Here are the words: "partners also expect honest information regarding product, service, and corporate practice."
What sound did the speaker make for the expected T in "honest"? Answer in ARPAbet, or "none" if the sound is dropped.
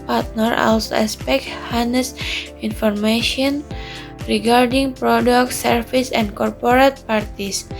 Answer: none